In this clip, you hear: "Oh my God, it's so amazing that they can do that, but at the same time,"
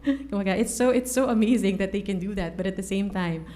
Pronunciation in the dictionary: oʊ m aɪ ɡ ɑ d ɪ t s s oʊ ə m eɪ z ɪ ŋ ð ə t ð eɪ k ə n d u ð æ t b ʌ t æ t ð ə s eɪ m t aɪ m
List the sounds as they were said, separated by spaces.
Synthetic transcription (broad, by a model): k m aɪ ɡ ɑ ɪ t s s oʊ ə m eɪ z ɪ ŋ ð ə t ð eɪ k ə n d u ð æ t b ʌ t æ t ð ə s eɪ m t aɪ m